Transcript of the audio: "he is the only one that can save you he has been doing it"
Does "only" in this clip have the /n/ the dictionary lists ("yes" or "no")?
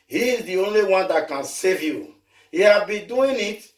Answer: yes